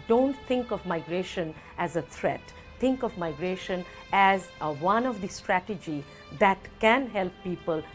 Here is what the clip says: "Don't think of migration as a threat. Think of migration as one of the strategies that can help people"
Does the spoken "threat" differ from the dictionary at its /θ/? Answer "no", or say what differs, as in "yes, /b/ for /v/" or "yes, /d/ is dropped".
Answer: yes, /t/ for /θ/